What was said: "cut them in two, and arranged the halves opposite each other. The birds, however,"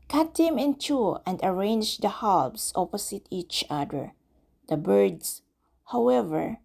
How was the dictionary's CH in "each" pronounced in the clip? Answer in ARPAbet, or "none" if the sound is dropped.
CH